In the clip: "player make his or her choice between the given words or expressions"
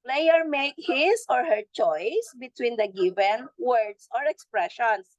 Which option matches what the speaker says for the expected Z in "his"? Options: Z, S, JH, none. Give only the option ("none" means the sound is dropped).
S